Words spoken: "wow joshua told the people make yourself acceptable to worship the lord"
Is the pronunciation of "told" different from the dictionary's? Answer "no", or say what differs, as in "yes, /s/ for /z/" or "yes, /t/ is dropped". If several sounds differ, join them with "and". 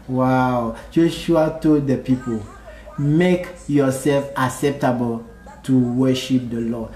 yes, /l/ is dropped